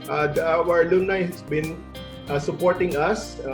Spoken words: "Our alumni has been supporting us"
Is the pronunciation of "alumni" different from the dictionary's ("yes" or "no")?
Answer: yes